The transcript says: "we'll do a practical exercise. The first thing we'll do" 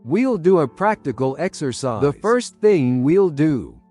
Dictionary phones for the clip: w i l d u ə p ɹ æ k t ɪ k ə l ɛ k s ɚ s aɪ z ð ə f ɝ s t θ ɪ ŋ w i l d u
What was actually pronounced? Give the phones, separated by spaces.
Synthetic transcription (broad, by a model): w i l d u ə p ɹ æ k t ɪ k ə l ɛ k s ɚ s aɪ ð ə f ɝ s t θ ɪ ŋ w i l d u